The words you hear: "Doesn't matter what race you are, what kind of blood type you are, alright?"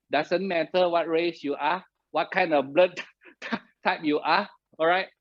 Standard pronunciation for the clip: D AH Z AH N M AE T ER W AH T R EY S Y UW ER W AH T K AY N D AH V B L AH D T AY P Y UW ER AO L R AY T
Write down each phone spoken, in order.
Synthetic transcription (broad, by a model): D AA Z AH N M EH T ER W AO T R EY S Y UW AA W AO T K AY N D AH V B L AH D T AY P Y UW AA AO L R AY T